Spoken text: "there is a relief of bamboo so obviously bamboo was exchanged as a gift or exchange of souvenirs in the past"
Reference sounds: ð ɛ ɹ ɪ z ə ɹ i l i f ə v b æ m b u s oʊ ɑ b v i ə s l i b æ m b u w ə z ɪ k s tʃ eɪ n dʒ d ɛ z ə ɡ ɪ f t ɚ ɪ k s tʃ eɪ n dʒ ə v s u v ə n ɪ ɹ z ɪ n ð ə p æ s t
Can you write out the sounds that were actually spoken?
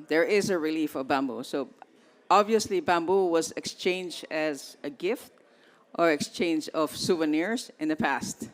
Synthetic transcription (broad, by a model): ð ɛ ɹ ɪ z ə ɹ i l i f ə v b æ m b u s oʊ ɑ b v i ə s l i b æ m b u w ə z ɪ k s tʃ eɪ n dʒ d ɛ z ə ɡ ɪ f t ɚ ɪ k s tʃ eɪ n dʒ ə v s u v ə n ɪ ɹ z ɪ n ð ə p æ s t